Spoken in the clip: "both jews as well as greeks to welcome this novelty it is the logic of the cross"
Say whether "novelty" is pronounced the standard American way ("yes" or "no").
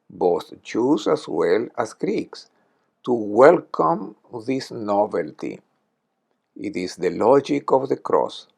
yes